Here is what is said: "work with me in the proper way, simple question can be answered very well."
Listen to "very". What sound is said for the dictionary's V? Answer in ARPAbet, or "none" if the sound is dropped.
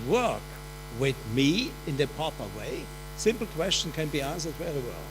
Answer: W